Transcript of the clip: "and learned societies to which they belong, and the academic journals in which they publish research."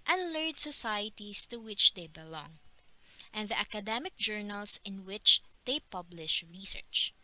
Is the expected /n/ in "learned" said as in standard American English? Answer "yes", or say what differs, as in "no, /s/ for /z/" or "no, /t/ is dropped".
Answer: no, /n/ is dropped